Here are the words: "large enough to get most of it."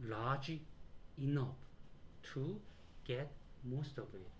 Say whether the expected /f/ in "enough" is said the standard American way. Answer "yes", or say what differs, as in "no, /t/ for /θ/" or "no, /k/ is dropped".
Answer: no, /p/ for /f/